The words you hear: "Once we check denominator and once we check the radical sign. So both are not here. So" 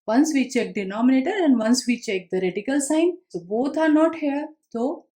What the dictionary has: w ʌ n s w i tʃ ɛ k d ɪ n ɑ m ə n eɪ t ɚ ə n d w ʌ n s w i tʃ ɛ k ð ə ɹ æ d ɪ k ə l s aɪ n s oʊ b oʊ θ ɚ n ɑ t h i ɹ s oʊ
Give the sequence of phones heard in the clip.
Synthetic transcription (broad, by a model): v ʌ n s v i tʃ ɛ k d ɪ n ɑ m ə n eɪ t ɚ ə n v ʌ n s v i tʃ ɛ k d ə ɹ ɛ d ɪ k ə l s aɪ n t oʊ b oʊ t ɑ n ɑ t h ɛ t oʊ